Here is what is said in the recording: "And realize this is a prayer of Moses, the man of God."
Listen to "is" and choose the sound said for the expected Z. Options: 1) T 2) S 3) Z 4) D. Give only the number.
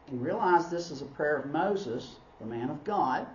3